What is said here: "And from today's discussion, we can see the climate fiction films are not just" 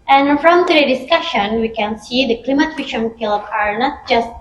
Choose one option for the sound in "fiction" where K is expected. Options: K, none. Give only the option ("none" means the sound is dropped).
none